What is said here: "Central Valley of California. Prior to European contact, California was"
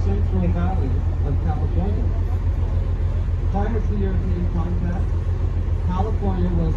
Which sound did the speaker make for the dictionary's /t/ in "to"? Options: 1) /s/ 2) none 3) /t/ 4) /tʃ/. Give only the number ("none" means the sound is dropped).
1